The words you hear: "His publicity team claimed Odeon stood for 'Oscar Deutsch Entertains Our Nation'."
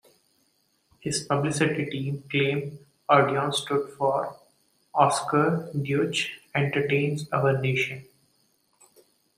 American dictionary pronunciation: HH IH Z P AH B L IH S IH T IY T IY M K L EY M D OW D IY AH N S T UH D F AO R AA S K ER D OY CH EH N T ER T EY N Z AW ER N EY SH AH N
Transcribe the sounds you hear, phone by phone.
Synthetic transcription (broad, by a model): HH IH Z P AH B L IH S IH T IY T IY M K L EY M OW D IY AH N S T UH D F AO R AA S K ER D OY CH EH N T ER T EY N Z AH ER N EY SH AH N